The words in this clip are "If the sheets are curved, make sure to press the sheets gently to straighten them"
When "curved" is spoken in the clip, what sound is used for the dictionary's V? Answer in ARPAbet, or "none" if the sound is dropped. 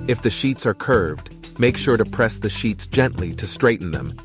V